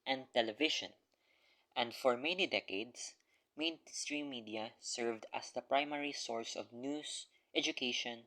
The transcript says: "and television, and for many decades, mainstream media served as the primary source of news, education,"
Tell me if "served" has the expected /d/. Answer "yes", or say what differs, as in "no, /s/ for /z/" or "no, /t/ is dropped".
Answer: yes